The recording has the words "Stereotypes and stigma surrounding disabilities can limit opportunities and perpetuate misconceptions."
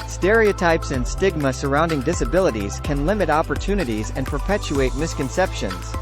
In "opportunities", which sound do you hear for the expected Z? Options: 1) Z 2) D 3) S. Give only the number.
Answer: 1